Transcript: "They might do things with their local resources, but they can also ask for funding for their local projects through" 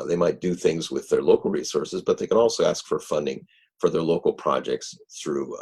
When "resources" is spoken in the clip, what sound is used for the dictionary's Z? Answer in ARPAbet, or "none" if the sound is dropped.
Z